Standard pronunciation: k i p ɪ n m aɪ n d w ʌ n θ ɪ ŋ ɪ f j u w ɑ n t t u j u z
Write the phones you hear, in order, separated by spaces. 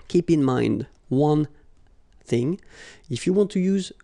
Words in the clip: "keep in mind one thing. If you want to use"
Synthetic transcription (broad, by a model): k i p ɪ n m aɪ n d w ʌ n θ ɪ ŋ ɪ f j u w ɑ n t t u j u z